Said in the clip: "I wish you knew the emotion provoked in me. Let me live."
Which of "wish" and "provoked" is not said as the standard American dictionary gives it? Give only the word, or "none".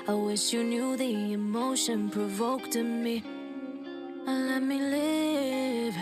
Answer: none